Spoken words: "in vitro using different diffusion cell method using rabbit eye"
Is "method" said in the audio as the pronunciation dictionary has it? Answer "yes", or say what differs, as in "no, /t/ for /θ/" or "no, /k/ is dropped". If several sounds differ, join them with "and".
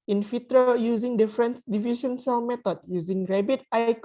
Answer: no, /t/ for /θ/